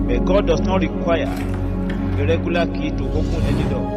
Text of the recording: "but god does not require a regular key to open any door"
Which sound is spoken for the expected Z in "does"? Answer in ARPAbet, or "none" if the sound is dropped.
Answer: S